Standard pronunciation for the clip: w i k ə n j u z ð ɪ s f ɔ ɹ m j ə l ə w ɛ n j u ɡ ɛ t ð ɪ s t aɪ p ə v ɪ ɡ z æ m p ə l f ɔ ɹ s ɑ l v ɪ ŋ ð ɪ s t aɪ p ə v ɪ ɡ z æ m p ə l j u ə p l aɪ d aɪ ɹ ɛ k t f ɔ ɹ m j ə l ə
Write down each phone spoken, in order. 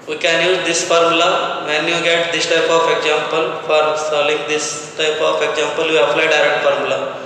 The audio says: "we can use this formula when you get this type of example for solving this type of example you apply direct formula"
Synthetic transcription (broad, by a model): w i k ə n j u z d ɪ s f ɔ ɹ m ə l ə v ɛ n j u ɡ ɛ t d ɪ s t aɪ p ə f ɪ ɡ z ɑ m p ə l f ɔ ɹ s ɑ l ɪ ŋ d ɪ s t aɪ p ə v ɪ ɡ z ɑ m p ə l j u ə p l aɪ d aɪ ɹ ɛ k t f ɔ ɹ m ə l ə